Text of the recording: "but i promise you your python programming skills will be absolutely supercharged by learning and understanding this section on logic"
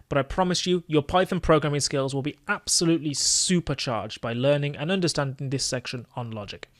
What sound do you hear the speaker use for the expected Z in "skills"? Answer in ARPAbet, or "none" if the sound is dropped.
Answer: Z